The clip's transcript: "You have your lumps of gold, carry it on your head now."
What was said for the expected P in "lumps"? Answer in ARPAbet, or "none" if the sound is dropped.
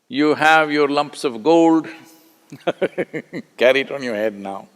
P